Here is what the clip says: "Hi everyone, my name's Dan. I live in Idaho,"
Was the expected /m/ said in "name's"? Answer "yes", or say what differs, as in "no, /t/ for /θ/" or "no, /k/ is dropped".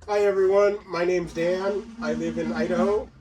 yes